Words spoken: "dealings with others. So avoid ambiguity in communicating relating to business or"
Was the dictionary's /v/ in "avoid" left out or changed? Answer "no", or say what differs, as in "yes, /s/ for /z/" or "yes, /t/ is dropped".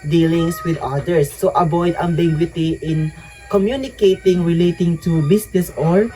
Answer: yes, /b/ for /v/